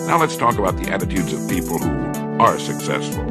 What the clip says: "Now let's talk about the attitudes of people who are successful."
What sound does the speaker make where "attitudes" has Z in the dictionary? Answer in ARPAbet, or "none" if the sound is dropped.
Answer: Z